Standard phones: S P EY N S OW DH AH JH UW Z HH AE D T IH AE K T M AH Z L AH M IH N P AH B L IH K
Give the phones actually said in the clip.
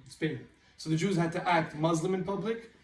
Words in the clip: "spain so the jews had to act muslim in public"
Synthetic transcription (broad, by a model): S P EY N S OW DH AH JH UW Z HH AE D T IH AE K T M AH Z L AH M IH N P AH B L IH K